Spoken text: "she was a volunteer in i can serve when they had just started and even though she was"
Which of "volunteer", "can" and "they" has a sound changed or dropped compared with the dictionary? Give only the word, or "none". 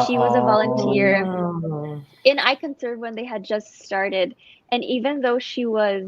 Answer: none